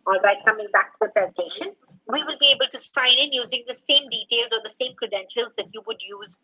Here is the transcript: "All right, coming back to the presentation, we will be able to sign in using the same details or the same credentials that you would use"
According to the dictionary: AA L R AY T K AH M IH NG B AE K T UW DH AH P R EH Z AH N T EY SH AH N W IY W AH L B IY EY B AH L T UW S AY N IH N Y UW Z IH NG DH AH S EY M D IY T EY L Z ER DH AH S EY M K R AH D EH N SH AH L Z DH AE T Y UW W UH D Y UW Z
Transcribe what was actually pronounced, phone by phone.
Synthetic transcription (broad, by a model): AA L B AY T K AH M IH NG B AE K T UW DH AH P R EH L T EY SH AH N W IY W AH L B IY EY B AH L T UW S AY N IH N Y UW Z IH NG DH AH S EY M D IY T EY L Z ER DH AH S EY M K R AH D EH N SH AH L Z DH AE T Y UW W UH D Y UW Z